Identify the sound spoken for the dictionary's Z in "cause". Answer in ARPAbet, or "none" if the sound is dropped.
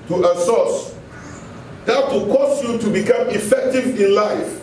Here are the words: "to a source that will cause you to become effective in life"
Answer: S